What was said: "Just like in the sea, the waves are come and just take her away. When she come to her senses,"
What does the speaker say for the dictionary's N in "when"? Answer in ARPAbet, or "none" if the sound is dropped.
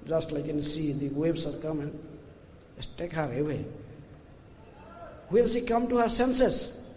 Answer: L